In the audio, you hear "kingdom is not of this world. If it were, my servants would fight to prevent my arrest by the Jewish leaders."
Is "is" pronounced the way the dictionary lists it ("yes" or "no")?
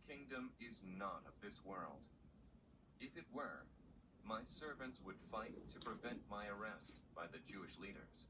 yes